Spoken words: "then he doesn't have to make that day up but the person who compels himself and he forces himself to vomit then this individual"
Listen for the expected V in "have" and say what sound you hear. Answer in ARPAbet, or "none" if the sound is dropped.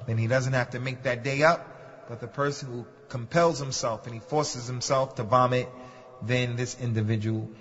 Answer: F